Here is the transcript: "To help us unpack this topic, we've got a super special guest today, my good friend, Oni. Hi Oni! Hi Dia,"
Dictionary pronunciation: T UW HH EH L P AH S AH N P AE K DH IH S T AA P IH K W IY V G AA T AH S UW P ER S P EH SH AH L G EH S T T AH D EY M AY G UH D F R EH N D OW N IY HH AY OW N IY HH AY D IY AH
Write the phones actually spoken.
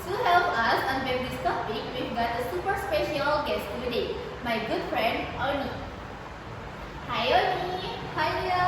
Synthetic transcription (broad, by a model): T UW HH EH L P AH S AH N B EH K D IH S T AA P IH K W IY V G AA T AH S UW P ER S P EH SH AH L G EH S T T AH D EY M AY G UH D F R EH N D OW N IY HH AY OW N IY HH AY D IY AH